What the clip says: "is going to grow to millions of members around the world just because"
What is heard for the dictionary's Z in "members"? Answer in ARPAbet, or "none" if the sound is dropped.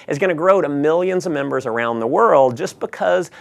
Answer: Z